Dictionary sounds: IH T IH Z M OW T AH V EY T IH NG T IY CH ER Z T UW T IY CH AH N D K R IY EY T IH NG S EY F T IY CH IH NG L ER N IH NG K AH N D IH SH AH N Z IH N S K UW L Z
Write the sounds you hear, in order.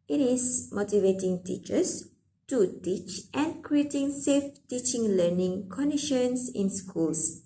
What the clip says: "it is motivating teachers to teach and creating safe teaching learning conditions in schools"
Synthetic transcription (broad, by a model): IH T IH S M OW T AH V EY T IH NG T IY CH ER S T UW T IY CH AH N K R IY EY T IH NG S EY F T IY CH IH NG L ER N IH NG K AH N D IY SH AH N S IH N S K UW L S